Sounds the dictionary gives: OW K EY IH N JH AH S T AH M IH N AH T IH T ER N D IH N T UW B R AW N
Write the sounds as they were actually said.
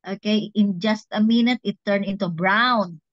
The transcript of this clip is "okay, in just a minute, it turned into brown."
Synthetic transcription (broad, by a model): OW K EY IH N JH AH S T AH M IH N AH T IH T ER N IH N T UW B R AW N